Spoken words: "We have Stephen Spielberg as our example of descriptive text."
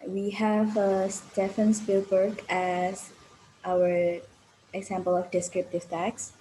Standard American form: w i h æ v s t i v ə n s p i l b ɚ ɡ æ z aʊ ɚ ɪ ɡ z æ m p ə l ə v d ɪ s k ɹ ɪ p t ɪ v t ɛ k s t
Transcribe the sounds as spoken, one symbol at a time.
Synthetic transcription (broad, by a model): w i h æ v s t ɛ f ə n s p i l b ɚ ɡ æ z aʊ ɚ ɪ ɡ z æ m p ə l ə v d ɪ s k ɹ ɪ p t ɪ v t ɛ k s